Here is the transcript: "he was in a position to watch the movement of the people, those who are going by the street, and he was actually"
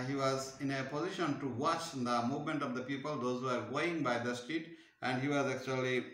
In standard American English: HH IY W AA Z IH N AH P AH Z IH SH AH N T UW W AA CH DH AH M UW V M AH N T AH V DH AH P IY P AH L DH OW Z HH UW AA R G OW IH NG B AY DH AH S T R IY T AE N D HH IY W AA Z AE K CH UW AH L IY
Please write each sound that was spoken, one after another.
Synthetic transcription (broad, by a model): HH IY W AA Z IH N AH P AH Z IH SH AH N T UW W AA CH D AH M UW V M AH N T AH V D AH P IY P AH L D OW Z HH UW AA R G OW IH NG B AY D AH S T IY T AE N D HH IY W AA Z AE K CH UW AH L IY